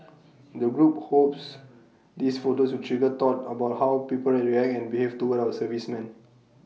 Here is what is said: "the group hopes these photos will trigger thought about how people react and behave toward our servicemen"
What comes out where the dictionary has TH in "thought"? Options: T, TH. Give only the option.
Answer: T